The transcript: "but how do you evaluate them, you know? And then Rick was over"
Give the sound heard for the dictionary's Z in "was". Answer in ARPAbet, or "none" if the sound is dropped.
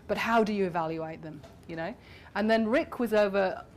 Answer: Z